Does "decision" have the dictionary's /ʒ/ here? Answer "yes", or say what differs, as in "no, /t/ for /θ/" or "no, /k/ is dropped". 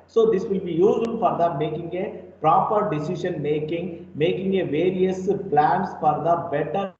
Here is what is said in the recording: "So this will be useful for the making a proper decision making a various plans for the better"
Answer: no, /ʃ/ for /ʒ/